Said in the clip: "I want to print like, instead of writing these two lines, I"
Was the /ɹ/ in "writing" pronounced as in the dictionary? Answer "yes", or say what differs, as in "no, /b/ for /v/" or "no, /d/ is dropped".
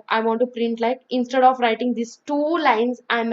yes